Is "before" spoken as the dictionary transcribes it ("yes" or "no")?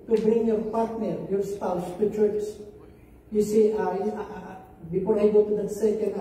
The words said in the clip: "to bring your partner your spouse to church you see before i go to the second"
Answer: no